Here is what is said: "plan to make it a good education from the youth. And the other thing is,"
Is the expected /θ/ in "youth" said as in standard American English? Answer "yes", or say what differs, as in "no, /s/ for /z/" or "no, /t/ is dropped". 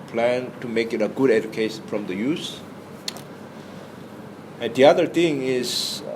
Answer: no, /s/ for /θ/